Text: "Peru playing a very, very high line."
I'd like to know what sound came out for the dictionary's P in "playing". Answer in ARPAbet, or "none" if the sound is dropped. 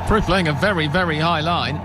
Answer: F